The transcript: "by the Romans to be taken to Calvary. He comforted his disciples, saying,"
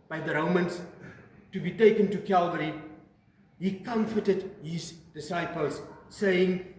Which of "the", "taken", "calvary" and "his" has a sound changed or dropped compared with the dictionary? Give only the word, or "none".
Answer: none